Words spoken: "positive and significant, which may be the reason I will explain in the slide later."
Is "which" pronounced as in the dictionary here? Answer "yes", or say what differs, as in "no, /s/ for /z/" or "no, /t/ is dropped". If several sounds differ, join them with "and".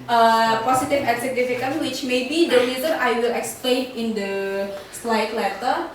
yes